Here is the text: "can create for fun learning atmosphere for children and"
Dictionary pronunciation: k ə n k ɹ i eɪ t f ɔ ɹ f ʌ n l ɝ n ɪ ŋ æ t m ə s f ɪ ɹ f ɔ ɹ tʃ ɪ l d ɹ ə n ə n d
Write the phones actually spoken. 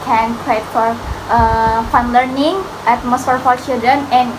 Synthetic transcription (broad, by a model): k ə n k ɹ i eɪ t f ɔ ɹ f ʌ n l ɝ n ɪ ŋ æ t m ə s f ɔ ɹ f ɔ ɹ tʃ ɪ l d ə n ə n